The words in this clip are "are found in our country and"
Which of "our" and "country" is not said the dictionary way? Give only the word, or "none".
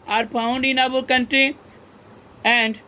our